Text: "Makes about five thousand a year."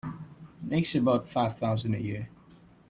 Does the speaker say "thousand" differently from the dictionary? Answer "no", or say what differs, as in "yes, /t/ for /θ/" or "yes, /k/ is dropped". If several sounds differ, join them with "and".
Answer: no